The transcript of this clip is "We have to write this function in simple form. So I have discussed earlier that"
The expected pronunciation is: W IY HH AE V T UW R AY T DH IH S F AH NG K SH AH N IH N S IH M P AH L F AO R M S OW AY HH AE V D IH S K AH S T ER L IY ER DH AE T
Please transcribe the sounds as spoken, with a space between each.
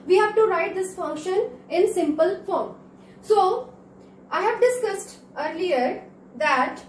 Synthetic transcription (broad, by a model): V IY HH AE V T UW R AY T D IH S F AH NG K SH AH N IH N S IH M P AH L F AO R M S OW AY HH AE V D IH S K AH S T ER L IY ER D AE T